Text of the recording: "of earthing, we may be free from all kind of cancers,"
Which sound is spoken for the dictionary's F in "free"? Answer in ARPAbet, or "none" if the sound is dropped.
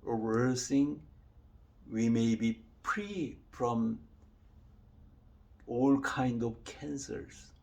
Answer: P